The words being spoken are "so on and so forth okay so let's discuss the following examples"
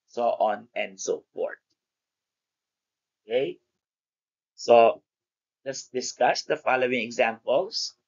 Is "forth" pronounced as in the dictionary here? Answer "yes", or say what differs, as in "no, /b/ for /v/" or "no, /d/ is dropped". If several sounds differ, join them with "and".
no, /t/ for /θ/